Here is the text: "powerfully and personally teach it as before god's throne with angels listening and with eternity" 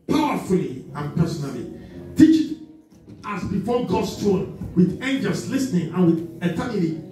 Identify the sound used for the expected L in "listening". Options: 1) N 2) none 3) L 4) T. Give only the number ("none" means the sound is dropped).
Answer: 3